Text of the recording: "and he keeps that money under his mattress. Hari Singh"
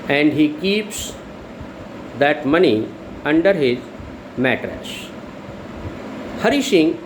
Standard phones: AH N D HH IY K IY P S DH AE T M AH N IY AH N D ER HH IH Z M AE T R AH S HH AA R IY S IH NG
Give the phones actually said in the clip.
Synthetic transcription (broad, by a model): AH N D HH IY K IY P S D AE T M AH N IY AH N D ER HH IH Z M AE T R AH S HH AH R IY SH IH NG